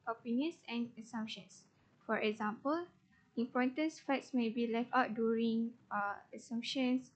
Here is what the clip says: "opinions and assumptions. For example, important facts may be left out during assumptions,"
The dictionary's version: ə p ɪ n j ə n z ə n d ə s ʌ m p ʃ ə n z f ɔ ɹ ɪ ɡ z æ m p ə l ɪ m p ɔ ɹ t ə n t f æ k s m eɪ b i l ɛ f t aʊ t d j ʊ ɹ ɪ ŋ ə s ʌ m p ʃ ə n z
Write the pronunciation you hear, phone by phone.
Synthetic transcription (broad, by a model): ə p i n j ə n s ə n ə s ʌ m p ʃ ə n s f ɔ ɹ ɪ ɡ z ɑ m p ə l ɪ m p ɔ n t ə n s f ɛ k s m eɪ b i l ɛ f t aʊ t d j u ɹ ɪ ŋ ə s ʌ m p ʃ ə n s